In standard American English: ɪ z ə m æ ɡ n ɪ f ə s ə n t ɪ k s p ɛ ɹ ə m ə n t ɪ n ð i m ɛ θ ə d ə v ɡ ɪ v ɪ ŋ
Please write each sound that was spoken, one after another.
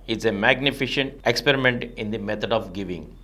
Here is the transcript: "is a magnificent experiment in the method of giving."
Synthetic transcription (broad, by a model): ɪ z ə m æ ɡ n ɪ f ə ʃ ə n t ɪ k s p ɛ ɹ ə m ə n t ɪ n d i m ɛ t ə d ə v ɡ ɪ v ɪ ŋ